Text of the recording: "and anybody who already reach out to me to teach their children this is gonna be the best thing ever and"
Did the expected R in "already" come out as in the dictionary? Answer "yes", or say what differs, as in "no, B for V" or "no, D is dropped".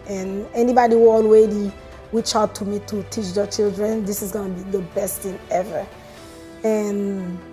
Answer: no, W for R